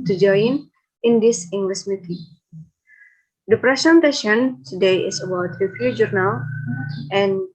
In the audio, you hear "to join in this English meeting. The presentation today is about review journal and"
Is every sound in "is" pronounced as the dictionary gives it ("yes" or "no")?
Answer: no